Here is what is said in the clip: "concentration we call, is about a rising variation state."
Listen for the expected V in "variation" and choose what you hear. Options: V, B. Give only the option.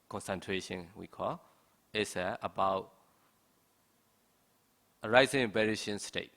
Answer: B